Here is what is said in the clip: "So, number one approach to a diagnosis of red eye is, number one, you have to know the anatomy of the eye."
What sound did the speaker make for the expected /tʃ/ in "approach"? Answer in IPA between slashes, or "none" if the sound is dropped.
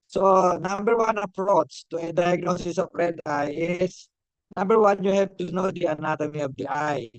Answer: /s/